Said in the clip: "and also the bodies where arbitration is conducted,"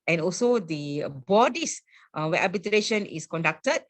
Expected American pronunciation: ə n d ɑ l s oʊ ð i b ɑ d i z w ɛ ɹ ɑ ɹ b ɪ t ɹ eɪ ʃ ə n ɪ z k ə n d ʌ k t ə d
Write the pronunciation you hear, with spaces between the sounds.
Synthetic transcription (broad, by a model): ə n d ɑ l s oʊ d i b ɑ d i s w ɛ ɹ ɑ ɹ b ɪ t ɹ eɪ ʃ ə n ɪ s k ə n d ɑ k t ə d